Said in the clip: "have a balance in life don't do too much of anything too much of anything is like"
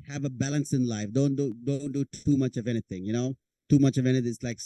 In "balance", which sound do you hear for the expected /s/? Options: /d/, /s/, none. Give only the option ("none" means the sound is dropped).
/s/